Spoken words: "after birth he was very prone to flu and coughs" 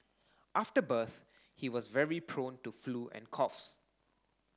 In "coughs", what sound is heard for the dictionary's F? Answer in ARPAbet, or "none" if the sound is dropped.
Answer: F